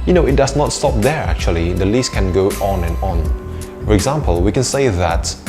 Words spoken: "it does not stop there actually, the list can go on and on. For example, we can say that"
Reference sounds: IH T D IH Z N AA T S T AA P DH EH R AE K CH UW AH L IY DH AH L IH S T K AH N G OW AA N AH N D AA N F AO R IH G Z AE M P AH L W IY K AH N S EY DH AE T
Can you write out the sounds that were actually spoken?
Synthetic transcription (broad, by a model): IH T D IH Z N AA T S T AA P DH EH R AE K CH UW AH L IY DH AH L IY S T K AH N G OW AA N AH N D AA N F AO R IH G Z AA M P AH L W IY K AH N S EY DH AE T